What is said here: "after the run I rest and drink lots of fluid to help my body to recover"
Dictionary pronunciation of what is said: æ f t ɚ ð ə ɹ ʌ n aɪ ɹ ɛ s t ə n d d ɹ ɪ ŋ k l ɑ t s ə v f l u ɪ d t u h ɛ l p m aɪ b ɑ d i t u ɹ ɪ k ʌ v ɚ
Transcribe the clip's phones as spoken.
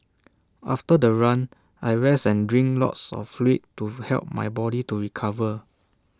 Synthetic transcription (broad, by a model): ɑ f t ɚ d ə ɹ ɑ n aɪ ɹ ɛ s ə n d d ɹ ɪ ŋ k l ɑ t s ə f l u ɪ t u h ɛ l p m aɪ b ɑ d i t u ɹ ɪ k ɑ v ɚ